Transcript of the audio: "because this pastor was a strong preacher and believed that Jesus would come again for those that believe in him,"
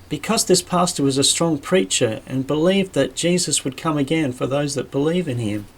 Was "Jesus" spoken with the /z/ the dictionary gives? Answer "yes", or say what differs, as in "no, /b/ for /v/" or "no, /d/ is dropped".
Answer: yes